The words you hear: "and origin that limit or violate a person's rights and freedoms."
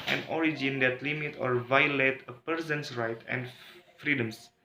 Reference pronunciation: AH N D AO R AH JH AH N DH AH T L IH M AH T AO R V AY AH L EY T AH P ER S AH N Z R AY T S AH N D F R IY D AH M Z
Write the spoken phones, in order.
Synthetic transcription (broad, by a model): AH N AO R AH JH AH N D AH T L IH M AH T AO R V AY AH L EY T AH P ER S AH N S R AY T AH N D F R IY D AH M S